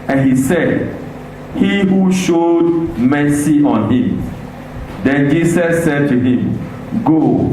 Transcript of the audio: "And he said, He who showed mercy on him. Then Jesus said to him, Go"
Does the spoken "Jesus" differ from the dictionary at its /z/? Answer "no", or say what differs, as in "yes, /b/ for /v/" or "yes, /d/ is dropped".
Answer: yes, /s/ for /z/